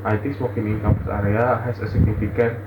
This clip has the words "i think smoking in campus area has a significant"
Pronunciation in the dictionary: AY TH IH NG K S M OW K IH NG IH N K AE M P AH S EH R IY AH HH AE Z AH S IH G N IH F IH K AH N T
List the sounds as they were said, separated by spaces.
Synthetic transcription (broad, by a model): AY T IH S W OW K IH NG IH N K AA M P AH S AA R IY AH HH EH S AH S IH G N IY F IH K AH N